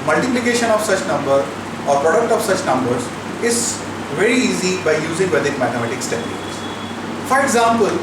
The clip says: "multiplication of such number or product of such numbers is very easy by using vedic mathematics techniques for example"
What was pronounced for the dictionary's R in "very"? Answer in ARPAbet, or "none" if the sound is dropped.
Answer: R